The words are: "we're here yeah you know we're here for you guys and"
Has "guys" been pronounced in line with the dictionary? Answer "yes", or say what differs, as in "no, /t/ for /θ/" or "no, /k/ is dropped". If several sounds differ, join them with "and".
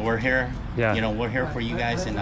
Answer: yes